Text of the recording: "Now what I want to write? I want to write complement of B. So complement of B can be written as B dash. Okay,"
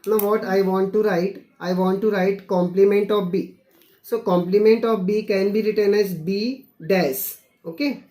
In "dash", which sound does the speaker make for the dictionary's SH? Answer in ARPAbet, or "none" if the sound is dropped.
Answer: S